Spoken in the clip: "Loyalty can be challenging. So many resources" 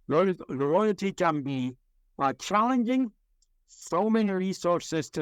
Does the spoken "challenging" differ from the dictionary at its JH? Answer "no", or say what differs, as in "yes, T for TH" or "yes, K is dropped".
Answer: no